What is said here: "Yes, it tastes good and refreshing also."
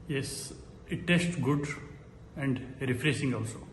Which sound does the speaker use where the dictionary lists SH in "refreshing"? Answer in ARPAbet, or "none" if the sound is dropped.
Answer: S